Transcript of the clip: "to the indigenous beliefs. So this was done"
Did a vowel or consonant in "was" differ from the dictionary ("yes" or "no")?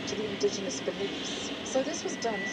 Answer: no